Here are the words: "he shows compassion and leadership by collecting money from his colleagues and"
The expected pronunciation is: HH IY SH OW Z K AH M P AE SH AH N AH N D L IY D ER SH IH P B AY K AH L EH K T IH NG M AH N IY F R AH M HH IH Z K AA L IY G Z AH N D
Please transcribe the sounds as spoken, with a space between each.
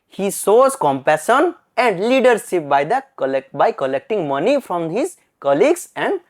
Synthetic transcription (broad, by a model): HH IY S OW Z K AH M P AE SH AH N AH N D L IY D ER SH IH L B AY K AH L EH K T IH NG M AH N IY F R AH M HH IH Z K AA L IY G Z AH N D